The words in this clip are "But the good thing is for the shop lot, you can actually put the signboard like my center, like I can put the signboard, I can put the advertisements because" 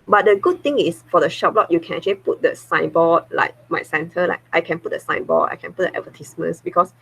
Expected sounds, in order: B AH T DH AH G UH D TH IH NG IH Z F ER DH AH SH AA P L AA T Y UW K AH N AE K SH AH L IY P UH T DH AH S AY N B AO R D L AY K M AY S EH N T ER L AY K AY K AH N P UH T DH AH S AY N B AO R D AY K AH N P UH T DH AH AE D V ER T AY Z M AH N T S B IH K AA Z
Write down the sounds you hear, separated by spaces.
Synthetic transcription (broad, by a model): B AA T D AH G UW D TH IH NG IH S F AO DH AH SH AA P L AA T Y UW K AH N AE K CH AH L IY P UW T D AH S AY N B AO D L AY K M AY S EH N T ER L AY K AY K AH N P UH T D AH S AY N B AO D AY K AH N P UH T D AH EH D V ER T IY S M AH N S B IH K AA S